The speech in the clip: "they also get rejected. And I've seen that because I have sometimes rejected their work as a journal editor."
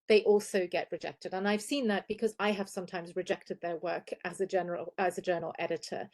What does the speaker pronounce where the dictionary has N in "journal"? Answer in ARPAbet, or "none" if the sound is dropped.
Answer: L